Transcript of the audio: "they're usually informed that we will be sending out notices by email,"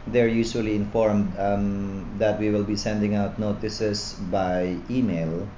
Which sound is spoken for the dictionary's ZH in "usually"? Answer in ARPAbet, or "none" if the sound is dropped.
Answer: S